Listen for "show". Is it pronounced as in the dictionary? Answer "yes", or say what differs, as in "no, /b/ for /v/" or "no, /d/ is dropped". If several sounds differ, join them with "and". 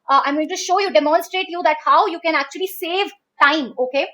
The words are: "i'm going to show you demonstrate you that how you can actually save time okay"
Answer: yes